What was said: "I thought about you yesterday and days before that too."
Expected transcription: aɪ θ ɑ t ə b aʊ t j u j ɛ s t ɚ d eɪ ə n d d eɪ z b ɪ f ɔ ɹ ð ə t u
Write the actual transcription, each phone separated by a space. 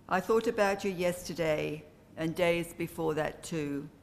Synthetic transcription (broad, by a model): aɪ θ ɑ t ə b aʊ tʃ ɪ j ɛ s t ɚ d eɪ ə n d d eɪ z b ɪ f ɔ ɹ ð ə t u